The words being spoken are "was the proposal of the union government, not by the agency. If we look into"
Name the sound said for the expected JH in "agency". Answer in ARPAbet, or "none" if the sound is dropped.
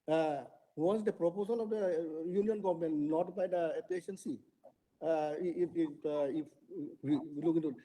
SH